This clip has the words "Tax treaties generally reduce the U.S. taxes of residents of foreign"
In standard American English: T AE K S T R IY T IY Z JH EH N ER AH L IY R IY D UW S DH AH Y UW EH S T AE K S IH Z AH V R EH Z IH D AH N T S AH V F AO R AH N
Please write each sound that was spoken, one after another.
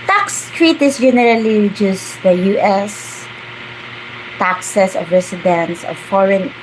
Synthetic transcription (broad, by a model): T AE K S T R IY T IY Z JH EH N ER AH L IY R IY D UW S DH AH Y UW EH S T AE K S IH S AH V R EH S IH D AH N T S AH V F AO R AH N